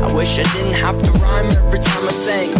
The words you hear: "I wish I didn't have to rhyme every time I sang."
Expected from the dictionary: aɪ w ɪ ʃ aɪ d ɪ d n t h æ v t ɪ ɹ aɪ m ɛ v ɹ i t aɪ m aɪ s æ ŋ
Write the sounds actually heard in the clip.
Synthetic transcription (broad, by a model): aɪ w ɪ ʃ aɪ d ɪ d n t h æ f t ɪ ɹ aɪ m ɛ v ɹ i t aɪ m aɪ s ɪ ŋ